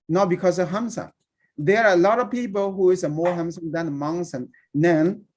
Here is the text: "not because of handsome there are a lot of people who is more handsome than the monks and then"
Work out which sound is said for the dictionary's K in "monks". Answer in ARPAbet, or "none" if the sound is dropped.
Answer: none